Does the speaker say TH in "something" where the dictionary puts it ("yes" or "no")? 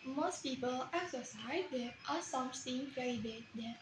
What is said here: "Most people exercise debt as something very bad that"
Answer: no